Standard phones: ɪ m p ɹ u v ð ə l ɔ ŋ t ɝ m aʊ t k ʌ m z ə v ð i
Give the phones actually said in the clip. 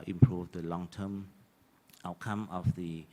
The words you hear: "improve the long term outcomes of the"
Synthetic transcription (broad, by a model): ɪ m p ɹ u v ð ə l ɔ ŋ t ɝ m aʊ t k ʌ m ə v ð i